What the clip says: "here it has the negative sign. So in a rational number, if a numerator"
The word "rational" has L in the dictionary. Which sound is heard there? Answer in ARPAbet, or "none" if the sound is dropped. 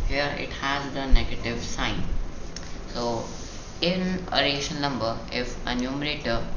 N